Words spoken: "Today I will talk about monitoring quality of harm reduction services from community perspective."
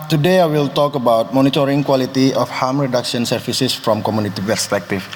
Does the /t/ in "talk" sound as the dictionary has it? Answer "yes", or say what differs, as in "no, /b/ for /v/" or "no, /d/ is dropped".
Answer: yes